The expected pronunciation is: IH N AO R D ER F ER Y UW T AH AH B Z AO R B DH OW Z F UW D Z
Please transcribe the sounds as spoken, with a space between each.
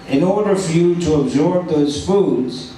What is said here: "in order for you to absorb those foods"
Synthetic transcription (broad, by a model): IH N AO R D ER F ER Y UW T AH AH B Z AO R B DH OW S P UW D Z